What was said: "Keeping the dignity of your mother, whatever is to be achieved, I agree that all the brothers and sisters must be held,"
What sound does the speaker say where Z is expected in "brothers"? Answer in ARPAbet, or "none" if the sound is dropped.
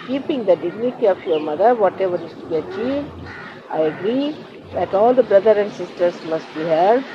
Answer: none